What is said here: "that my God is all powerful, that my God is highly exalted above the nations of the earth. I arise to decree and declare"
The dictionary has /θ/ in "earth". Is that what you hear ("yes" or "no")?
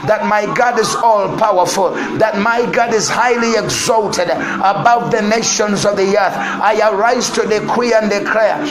yes